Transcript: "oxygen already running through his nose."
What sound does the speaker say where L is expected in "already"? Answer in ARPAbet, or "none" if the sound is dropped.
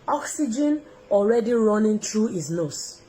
L